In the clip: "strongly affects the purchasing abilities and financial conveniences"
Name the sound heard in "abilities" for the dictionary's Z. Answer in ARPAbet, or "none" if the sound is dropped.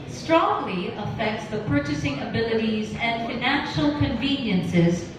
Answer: Z